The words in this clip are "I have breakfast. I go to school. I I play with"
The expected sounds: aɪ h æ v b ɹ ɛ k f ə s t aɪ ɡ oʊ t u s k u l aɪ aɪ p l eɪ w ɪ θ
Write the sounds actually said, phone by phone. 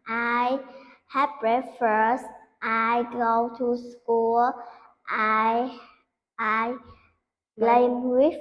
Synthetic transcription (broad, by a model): aɪ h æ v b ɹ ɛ f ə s t aɪ ɡ oʊ t u s k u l aɪ aɪ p l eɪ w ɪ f